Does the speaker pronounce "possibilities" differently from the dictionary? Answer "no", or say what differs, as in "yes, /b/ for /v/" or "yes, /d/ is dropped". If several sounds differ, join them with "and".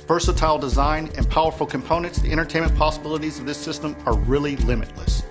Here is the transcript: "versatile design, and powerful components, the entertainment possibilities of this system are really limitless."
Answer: no